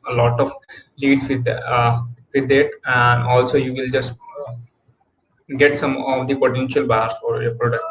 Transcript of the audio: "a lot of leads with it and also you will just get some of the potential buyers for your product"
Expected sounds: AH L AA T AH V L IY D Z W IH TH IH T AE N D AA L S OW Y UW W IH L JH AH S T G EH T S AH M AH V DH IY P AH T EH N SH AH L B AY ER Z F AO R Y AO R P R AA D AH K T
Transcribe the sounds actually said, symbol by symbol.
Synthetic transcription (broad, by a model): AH L AA T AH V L IY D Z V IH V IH T AE N D AA L S OW Y UW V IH L JH AH S T G EH T S AH M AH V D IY P AH T EH N SH AH L B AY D S F AO R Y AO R P R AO D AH K T